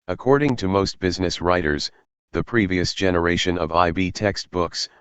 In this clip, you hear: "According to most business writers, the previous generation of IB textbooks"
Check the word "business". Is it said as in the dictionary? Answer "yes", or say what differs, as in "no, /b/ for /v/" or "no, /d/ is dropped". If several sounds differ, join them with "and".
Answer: yes